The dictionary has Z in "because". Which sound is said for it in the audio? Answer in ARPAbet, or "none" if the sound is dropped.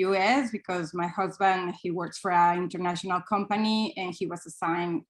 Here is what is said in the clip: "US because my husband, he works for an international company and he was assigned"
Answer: Z